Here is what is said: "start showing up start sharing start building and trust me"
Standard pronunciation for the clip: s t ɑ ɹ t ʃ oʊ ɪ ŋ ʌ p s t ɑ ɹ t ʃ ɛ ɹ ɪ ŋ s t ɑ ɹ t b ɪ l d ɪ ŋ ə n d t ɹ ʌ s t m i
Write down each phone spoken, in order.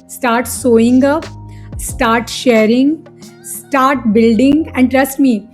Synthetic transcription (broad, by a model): s t ɑ ɹ t s oʊ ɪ ŋ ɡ s t ɑ ɹ t ʃ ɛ ɹ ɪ ŋ s t ɑ ɹ t b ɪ l d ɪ ŋ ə n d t ɹ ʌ s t m i